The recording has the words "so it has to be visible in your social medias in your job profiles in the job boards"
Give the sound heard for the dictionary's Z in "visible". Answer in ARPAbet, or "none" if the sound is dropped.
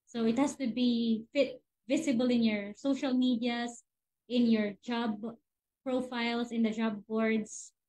S